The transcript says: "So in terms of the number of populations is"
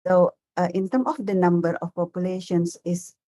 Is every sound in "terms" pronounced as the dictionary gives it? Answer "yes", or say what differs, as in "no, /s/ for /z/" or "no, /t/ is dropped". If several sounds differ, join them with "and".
no, /z/ is dropped